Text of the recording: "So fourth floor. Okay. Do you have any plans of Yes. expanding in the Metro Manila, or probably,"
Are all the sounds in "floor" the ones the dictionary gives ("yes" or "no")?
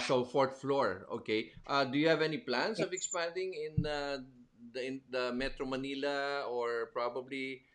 yes